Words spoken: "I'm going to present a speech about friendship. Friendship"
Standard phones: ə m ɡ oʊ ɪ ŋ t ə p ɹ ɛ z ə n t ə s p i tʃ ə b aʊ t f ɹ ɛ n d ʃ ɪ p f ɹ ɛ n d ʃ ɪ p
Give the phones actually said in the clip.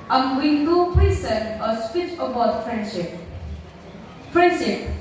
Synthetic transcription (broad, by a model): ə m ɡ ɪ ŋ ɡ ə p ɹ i s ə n ə s p i tʃ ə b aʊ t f ɹ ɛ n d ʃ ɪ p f ɹ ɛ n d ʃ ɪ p